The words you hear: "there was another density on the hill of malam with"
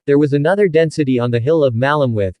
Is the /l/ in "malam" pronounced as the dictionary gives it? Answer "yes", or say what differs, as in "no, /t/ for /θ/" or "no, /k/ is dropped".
yes